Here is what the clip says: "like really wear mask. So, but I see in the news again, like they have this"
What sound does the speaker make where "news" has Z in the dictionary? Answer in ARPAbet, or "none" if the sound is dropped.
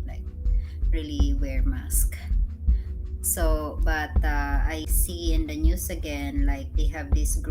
S